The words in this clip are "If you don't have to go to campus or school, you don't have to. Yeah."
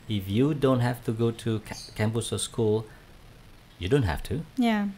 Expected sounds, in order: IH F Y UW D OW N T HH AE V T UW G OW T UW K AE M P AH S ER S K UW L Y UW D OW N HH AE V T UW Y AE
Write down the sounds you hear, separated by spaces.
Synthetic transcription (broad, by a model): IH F Y UW D OW N T HH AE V T UW G OW T UW K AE M B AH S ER S K UW L Y UW D OW N HH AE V T UW Y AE